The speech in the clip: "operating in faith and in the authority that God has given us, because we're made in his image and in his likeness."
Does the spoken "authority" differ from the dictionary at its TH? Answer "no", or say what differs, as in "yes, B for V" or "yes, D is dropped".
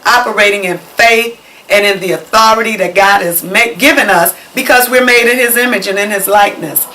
no